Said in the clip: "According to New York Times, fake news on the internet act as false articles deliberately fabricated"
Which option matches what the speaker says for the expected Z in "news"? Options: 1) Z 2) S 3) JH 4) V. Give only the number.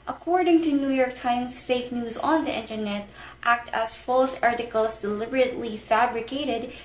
1